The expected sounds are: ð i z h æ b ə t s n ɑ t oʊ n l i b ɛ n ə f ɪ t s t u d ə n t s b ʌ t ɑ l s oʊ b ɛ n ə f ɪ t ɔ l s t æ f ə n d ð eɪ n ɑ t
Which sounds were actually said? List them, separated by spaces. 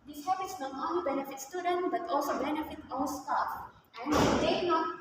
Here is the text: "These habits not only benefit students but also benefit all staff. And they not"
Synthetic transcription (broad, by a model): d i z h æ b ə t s n ɑ t oʊ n l i b ɛ n ə f ɪ t s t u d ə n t b ʌ t ɑ l s oʊ b ɛ n ə f ɪ t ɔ n s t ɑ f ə n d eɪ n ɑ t